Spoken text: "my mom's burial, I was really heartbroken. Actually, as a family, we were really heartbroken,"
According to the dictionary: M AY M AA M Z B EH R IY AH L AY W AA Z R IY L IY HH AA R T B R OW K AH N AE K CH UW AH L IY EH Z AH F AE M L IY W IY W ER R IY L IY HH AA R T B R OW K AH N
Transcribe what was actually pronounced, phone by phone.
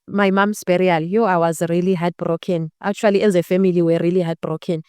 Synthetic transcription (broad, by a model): M AY M AA M S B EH R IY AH L AY W AA Z R IY L IY HH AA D B R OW K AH N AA K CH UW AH L IY EH Z AH F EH M IY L IY W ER R IY L IY HH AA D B R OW K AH N